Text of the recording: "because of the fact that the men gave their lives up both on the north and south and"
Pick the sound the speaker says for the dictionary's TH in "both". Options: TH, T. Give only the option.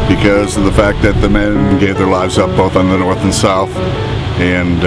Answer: TH